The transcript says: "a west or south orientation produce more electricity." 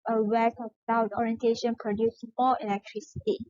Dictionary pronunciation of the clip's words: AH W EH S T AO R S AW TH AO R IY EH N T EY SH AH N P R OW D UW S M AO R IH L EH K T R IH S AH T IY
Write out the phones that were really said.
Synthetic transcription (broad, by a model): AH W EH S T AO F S AW T AO R IY EH N T EY SH AH N P R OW D UW S M AO L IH L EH K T R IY S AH T IY